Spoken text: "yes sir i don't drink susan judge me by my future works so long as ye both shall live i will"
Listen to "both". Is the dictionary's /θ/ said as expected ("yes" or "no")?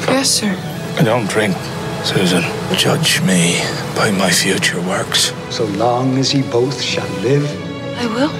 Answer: yes